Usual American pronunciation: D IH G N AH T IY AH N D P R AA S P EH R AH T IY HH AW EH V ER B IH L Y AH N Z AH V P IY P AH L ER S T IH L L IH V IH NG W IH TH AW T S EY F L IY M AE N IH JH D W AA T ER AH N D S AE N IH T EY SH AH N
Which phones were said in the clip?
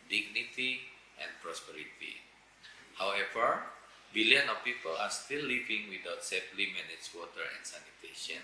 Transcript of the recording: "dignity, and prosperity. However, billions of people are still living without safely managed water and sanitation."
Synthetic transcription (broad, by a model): D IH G N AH T IY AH N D P R AA S P EH R AH T IY HH AW EH V ER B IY L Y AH N AH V P IY P AH L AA S T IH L L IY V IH NG W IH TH AW T S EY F L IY M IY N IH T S W AA T ER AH N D S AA N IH T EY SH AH N